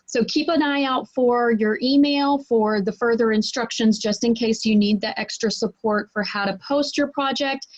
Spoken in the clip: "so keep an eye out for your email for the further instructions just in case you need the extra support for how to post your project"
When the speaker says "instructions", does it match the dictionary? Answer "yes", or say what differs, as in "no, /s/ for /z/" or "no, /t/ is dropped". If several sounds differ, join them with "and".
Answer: yes